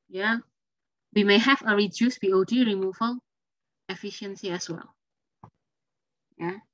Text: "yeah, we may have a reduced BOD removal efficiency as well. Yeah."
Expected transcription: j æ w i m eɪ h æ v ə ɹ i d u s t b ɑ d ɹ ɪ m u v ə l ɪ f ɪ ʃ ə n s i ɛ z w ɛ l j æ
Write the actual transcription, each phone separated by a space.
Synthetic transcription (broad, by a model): j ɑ w i m eɪ h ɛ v ə ɹ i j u s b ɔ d ɹ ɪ m u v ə l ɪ f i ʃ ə n s i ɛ s w ɛ l j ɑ